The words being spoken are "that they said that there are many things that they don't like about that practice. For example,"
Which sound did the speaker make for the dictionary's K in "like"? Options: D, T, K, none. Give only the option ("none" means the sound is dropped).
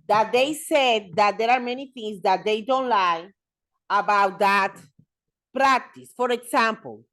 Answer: none